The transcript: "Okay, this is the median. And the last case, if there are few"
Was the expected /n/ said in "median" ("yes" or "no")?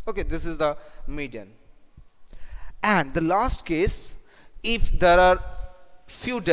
yes